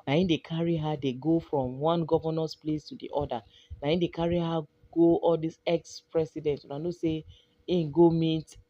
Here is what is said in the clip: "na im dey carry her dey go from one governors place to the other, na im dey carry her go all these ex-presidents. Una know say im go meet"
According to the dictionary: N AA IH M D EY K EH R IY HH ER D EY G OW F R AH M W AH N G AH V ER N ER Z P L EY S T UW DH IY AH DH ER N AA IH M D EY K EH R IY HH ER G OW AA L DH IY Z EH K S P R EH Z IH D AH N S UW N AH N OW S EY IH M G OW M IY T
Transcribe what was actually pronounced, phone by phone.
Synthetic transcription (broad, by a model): N AA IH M D EY K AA R IY HH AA D EY G OW F R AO M W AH N G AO V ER N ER S P L EY S T UW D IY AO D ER N AA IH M D EY K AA R IY HH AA G OW AA L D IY S EH K S P R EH S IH D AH N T UW N AH N OW S EY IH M G OW M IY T